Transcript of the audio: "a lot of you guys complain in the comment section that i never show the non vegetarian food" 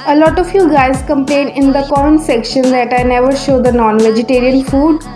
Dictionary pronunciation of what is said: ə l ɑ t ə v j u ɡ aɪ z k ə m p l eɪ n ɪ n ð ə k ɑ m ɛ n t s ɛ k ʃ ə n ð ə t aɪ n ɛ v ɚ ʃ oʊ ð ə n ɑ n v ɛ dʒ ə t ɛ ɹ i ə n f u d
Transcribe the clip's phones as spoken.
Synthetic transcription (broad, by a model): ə l ɑ t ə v j u ɡ aɪ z k ə m p l eɪ n ɪ n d ə k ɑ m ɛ n s ɛ k ʃ ə n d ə t aɪ n ɛ v ɚ ʃ oʊ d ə n ɑ n v ɛ dʒ ə t ɛ ɹ i ə n f u d